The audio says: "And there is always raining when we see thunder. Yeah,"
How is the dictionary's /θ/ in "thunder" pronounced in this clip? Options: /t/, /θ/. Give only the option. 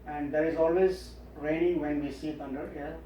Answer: /t/